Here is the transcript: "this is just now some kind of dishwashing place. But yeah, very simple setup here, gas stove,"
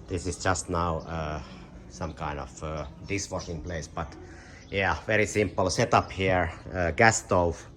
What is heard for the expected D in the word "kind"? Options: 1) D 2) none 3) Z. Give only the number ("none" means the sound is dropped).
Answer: 1